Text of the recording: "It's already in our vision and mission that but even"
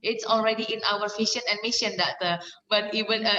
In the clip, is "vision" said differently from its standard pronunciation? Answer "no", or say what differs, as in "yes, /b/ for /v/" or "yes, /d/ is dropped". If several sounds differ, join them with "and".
yes, /f/ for /v/ and /ʃ/ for /ʒ/